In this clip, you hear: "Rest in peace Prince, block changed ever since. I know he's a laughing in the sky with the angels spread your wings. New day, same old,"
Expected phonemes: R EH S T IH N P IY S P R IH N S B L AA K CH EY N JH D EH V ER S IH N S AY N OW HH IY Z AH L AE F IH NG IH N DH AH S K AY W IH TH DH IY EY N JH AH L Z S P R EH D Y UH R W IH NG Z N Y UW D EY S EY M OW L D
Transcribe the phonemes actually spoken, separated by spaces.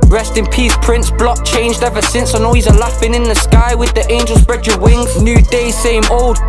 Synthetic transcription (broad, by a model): R EH S T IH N P IY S P R IH N S B L AA K CH EY N JH D EH V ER S IH N S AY N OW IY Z AH L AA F IH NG IH N DH AH S K AY W IH DH IY EY N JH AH L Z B R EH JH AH W IH NG Z N Y UW D EY S EY M OW L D